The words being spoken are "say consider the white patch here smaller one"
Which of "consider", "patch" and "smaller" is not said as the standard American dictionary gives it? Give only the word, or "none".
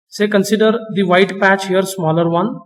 none